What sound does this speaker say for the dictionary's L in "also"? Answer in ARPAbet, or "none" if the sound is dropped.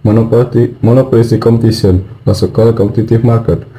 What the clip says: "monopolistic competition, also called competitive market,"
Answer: none